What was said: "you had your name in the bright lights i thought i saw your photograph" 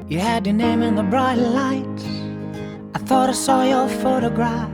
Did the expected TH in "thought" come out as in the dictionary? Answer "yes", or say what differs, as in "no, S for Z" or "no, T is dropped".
yes